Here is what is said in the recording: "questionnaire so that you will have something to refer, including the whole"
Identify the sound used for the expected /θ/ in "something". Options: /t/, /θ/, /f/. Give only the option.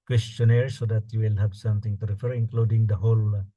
/t/